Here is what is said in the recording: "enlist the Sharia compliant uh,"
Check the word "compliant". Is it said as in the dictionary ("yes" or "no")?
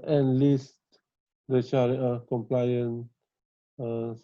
no